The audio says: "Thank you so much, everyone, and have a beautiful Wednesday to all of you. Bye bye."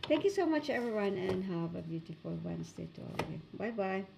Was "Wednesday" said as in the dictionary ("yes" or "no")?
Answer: no